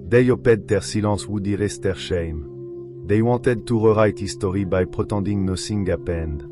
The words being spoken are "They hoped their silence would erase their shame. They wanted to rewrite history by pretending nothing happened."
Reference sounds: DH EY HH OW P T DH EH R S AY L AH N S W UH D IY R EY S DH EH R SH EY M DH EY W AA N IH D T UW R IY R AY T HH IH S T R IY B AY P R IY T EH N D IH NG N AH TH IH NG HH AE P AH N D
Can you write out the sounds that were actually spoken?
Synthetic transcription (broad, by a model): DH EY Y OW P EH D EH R S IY L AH S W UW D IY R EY S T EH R SH EY M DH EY W AA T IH D T UW R IY R AY T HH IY S T R IY B AY P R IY T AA D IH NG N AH S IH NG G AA P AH N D